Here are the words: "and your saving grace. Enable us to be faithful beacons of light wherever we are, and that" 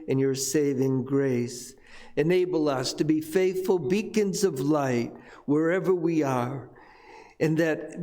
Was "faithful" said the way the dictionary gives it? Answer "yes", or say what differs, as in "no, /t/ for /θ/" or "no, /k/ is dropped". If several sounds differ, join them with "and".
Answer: yes